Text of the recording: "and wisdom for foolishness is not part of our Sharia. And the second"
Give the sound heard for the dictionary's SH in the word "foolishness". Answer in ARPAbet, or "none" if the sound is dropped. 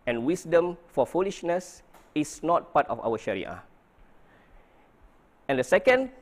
SH